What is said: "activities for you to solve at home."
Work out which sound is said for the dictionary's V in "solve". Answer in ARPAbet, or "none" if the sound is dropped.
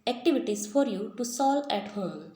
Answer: none